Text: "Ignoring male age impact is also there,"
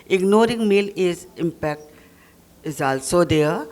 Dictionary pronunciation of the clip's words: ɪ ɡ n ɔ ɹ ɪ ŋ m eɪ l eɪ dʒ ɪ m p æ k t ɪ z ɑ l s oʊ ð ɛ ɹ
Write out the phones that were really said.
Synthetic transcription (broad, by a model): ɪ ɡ n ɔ ɹ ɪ ŋ m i l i z ɪ m p æ k t ɪ z ɑ l s oʊ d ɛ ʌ